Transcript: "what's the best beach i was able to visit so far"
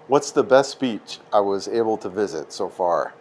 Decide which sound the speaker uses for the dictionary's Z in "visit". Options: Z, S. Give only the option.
Z